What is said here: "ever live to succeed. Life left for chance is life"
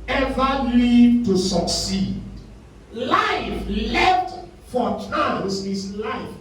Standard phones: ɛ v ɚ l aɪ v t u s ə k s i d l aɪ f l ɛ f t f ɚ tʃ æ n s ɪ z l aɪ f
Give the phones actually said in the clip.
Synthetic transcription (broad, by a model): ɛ v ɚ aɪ t u s ə k s i d l aɪ f l ɛ f t f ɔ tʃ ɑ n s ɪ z l aɪ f